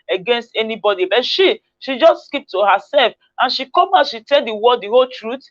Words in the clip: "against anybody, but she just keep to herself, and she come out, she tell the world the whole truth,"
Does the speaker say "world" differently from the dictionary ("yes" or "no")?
yes